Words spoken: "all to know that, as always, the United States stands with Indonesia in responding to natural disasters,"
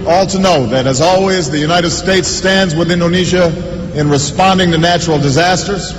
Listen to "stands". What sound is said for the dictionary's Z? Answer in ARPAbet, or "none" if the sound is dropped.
Z